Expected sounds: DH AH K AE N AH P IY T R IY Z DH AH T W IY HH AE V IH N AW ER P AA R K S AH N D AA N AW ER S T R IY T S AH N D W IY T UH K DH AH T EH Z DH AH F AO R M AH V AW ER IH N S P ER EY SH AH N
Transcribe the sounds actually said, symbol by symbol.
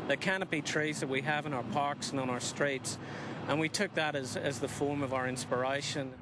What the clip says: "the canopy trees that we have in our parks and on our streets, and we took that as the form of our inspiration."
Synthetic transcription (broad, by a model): DH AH K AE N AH B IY T R IY Z DH AH T W IY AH V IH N AW ER P AA R K S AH N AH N AW ER S T R IY T S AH N W IY T UH K DH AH T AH Z DH AH F AO R M AH V AW ER IH N S P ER EY SH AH N